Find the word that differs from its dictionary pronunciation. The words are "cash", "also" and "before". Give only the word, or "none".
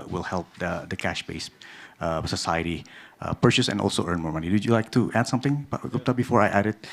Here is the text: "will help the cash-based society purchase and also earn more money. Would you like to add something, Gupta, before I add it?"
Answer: none